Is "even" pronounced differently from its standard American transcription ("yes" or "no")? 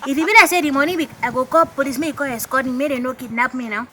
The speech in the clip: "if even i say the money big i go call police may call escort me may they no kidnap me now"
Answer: yes